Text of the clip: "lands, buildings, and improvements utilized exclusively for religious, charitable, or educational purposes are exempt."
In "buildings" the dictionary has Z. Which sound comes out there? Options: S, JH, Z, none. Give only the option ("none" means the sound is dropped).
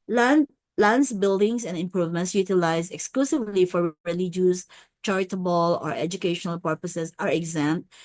S